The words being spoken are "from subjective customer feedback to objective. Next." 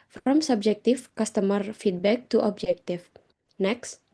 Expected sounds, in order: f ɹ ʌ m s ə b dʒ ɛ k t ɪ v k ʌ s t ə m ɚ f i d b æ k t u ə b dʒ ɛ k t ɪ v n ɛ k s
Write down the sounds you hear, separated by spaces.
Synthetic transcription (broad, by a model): f ɹ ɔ m s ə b dʒ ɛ k t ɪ f k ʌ s t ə m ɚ f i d b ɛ k t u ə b dʒ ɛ k t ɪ f n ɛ k s